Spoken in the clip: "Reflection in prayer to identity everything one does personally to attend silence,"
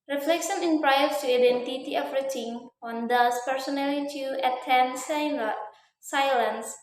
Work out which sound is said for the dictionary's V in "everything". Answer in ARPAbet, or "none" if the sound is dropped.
F